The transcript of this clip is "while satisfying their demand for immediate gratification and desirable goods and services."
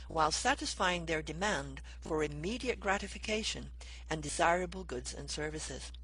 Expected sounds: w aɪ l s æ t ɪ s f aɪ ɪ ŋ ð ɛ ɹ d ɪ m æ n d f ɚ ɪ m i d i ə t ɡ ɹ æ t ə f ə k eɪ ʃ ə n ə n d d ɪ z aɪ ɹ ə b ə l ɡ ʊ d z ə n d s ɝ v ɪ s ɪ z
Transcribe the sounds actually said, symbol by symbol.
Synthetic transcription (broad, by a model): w aɪ l s æ t ɪ s f aɪ ɪ ŋ ð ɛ ɹ d ɪ m æ n d f ɚ ɪ m i d i ə t ɡ ɹ æ t ə f ə k eɪ ʃ ə n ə n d d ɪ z aɪ ɹ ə b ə l ɡ ʊ d z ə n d s ɝ v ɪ s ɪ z